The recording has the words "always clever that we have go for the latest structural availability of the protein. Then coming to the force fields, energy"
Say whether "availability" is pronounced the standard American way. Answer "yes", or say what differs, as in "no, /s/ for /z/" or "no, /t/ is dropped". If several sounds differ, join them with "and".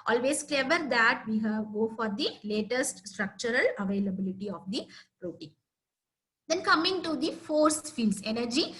yes